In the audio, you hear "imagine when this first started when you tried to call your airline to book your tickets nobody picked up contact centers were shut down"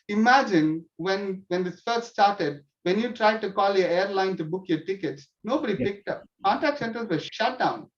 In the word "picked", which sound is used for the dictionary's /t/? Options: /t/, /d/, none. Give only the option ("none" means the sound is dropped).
/t/